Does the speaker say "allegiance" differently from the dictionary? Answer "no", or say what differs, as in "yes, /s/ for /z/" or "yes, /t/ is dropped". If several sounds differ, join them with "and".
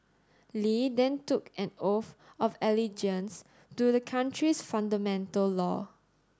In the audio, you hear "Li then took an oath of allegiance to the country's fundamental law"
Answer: no